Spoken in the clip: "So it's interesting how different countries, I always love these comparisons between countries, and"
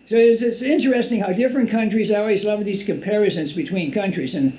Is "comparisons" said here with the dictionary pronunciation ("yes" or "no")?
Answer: yes